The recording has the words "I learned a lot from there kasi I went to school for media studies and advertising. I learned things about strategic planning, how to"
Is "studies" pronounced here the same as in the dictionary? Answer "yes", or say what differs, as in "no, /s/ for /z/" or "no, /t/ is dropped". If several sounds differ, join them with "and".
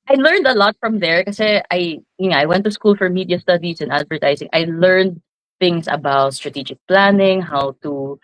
no, /s/ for /z/